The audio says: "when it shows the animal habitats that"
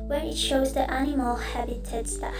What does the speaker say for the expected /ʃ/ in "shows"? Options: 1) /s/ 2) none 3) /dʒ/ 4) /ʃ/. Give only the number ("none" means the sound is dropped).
4